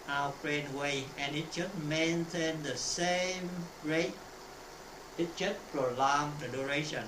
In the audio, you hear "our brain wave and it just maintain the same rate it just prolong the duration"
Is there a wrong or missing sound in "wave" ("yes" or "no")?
yes